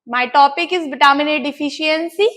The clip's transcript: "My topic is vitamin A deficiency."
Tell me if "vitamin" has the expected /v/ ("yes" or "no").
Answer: no